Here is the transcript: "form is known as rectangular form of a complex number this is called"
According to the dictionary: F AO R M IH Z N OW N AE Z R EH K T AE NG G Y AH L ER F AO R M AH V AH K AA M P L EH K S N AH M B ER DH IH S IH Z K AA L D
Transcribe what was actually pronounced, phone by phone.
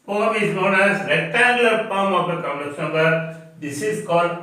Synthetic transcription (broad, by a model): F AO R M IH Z N OW N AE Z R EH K T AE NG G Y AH L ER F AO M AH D AH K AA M L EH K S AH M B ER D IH S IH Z K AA L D